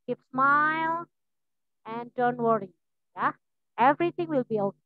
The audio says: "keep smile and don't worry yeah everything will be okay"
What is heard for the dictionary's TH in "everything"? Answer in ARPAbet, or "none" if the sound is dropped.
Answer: T